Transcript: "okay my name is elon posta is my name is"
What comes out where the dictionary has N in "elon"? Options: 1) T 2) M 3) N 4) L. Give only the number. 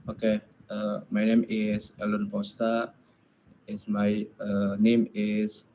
3